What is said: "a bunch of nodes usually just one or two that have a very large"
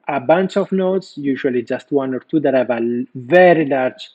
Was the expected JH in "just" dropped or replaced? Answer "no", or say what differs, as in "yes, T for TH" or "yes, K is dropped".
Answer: no